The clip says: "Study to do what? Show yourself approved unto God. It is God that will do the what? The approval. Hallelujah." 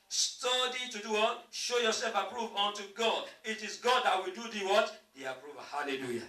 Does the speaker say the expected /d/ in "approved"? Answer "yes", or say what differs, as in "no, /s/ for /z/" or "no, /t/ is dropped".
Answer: no, /d/ is dropped